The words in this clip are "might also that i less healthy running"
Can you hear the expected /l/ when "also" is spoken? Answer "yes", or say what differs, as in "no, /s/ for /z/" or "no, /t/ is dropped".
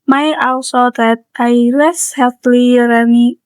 no, /w/ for /l/